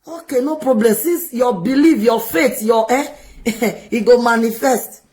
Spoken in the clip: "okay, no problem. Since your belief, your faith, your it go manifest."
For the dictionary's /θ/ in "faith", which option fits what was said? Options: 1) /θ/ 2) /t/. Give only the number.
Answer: 2